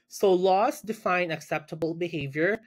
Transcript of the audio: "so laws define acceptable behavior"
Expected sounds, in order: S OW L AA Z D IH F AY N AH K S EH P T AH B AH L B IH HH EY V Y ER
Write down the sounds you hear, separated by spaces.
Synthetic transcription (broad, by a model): S OW L AA S D IH F AY N AH K S EH P T AH B AH L B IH HH EY V Y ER